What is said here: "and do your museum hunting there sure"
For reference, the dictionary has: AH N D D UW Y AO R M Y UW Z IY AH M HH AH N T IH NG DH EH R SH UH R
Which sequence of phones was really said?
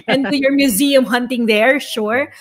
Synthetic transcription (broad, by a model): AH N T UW Y AO R M Y UW Z IY AH M HH AH N T IH NG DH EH R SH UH R